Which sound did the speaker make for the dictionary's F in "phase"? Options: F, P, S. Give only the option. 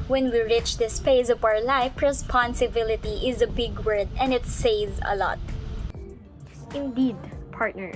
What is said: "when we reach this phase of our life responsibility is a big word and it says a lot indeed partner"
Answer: P